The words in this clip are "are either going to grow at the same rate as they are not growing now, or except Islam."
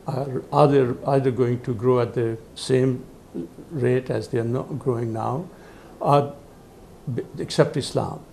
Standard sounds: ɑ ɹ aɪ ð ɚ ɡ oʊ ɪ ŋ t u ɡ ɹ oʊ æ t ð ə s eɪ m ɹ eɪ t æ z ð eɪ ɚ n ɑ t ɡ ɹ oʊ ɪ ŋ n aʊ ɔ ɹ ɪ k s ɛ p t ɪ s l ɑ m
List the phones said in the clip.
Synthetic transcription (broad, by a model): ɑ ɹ aɪ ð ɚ ɡ oʊ ɪ ŋ t u ɡ ɹ oʊ æ t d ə s eɪ m ɹ eɪ t æ z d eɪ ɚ n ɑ ɡ ɹ oʊ ɪ ŋ n aʊ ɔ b ɪ k s ɛ p t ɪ s l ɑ m